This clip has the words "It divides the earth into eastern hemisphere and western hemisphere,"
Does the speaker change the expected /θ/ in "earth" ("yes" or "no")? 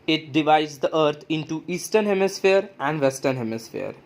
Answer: yes